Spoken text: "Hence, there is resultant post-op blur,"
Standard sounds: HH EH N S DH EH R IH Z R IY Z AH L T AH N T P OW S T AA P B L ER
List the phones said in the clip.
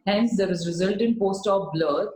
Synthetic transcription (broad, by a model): HH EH N S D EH R IH Z R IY Z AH L T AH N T P OW S T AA F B L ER